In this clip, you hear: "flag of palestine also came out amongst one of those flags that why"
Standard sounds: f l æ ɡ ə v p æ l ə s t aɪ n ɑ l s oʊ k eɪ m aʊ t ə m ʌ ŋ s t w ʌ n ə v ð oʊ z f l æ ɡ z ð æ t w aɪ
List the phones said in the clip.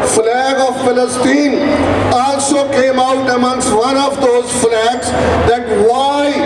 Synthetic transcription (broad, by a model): f l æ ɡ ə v f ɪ l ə s t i n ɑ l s oʊ k eɪ m aʊ t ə m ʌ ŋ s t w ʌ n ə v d oʊ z f l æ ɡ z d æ t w aɪ